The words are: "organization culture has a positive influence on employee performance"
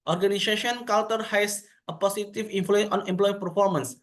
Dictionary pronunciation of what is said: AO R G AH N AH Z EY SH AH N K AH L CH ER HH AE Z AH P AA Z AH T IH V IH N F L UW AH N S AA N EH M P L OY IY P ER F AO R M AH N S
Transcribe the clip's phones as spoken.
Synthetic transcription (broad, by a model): AO R G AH N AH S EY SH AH N K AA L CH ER HH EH S AH P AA S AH T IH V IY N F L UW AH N AA N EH M P L OY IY P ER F AO R M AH N S